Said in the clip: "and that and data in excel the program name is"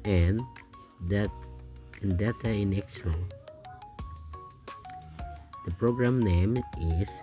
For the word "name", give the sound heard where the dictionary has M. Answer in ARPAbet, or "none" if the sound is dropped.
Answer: M